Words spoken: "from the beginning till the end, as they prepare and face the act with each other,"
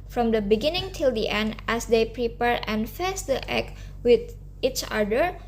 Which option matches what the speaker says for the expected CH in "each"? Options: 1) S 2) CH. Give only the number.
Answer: 2